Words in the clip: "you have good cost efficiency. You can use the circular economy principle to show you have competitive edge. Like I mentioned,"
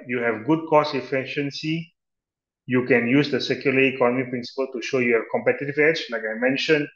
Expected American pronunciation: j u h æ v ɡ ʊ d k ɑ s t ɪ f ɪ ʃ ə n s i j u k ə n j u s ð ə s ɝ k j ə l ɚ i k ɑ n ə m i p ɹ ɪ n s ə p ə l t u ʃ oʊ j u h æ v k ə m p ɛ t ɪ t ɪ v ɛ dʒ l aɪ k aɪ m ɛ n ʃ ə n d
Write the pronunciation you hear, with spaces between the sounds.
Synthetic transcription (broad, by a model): j u h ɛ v ɡ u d k ɑ s ɪ f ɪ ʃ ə n s i j u k ə n j u s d ə s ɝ k j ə l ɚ i k ɑ n ə m i p ɹ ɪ n s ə p ə l t u ʃ oʊ j u h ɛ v k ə m p ɛ t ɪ t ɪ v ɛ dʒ l aɪ k aɪ m ɛ n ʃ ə n